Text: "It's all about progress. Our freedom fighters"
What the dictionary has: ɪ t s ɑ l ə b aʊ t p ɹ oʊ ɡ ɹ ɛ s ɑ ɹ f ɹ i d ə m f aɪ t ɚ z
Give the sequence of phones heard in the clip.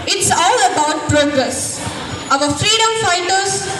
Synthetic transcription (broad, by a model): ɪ t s ɑ l ə b aʊ t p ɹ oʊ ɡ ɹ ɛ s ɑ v f ɹ i d ə m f aɪ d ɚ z